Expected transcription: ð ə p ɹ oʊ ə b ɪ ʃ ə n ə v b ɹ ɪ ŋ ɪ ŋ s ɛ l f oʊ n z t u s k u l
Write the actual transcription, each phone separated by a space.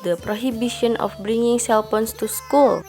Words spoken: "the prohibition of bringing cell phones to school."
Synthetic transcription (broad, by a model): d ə p ɹ oʊ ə b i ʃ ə n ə f b ɹ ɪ ŋ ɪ ŋ s ɛ l p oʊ n s t u s k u l